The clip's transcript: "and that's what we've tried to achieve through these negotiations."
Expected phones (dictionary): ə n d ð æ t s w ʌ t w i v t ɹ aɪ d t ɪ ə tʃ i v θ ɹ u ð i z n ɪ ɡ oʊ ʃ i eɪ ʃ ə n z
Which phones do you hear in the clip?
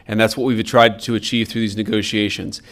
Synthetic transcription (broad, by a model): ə n ð æ t s w ʌ t w i v t ɹ aɪ d t ɪ ə tʃ i v θ ɹ u ð i z n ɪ ɡ oʊ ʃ i eɪ ʃ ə n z